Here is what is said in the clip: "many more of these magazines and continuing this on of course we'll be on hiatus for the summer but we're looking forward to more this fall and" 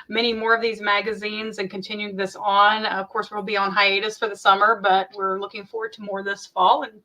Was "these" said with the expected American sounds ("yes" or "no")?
yes